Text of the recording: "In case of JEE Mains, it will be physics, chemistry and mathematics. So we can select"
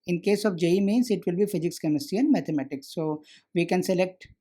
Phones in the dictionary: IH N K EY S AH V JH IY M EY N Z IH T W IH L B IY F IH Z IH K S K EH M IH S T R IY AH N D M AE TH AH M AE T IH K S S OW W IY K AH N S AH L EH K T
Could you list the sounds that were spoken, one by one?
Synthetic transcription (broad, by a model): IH N K EY S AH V JH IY M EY N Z IH T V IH L B IY F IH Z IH K S K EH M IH S T IY AH N D M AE T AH M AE T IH K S S OW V IY K AH N S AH L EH K T